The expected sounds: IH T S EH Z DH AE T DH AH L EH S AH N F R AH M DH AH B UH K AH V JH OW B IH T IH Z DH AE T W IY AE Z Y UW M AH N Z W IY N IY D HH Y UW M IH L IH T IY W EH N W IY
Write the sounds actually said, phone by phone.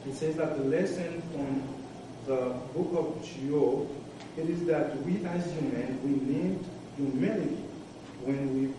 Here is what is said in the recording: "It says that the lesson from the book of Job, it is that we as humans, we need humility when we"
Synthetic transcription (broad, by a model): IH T S EH Z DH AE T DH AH L EH S AH N F R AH M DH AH B UH K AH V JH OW IH T IH Z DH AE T W IY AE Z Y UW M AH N W IY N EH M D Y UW M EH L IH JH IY W EH N W IY